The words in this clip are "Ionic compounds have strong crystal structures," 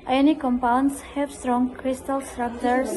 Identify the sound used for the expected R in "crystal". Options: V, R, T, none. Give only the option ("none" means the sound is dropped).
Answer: R